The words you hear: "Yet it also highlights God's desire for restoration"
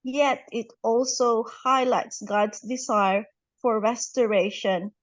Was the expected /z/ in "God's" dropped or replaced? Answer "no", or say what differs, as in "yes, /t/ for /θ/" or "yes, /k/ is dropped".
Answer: yes, /s/ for /z/